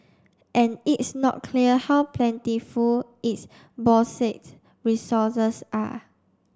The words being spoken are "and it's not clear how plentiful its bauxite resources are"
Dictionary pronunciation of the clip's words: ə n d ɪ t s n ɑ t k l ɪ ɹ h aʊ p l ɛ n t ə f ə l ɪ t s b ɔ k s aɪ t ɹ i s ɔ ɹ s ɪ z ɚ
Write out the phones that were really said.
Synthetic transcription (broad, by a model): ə n ɪ t s n ɑ t k l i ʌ h aʊ p l ɛ n t ə f ə l ɪ t s b ɔ s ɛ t ɹ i s ɔ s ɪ s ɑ